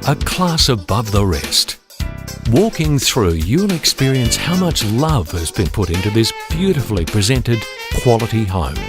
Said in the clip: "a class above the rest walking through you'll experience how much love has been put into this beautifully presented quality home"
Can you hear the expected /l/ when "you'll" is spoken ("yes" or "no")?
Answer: no